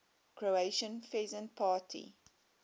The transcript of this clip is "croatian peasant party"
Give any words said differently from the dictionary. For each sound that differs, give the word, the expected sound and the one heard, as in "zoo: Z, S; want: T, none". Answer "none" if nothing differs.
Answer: peasant: P, F